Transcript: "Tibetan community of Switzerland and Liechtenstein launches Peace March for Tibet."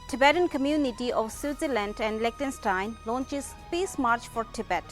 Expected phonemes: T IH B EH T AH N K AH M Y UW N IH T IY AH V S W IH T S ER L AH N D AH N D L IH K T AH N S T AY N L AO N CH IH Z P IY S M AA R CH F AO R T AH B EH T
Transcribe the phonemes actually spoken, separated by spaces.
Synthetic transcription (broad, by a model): T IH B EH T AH N K AH M Y UW N IH T IY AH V S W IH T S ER L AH N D AH N D L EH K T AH N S T AY N L AO N CH IH Z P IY S M AA R CH F AO R T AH B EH T